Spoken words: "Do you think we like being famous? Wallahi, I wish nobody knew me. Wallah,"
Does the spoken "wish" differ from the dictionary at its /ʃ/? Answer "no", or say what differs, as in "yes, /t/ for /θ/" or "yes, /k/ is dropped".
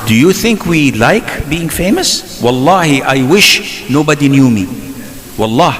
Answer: no